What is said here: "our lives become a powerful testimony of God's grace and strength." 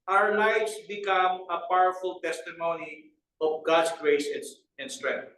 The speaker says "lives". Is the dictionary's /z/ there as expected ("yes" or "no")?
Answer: no